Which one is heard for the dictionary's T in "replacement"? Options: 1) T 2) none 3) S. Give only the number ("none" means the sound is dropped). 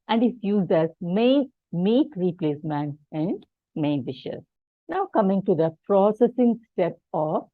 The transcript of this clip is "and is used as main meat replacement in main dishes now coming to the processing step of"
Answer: 2